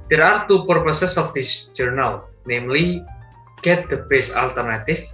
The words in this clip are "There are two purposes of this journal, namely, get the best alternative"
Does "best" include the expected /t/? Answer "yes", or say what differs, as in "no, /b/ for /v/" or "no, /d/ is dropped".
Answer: no, /t/ is dropped